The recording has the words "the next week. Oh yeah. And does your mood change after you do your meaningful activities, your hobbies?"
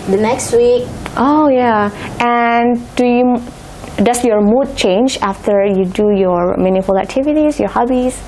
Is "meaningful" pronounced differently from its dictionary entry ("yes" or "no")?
yes